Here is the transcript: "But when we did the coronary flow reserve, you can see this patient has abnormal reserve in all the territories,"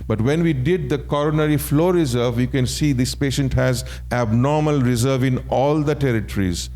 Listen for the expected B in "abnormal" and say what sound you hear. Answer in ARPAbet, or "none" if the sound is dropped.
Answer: B